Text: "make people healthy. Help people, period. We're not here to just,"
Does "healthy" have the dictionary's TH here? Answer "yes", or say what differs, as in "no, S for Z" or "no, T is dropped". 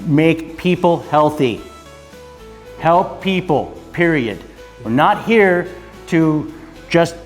yes